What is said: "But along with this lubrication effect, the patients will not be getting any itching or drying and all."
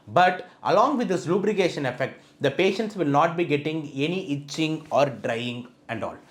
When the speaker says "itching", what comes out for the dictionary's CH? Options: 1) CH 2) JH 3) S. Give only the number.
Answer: 1